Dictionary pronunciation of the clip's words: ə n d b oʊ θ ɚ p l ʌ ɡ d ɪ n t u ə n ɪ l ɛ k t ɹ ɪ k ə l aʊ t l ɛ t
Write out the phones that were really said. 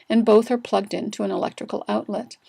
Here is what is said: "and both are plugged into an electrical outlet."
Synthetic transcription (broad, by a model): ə n b oʊ θ ɚ p l ʌ ɡ d ɪ n t u ə n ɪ l ɛ k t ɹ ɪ k l aʊ t l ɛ t